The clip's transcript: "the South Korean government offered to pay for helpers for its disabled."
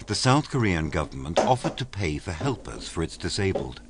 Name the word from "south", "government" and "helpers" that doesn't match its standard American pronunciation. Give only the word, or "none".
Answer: none